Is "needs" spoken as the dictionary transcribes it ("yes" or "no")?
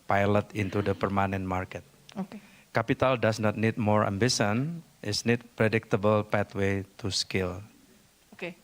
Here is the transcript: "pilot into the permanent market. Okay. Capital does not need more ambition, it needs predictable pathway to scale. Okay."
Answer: no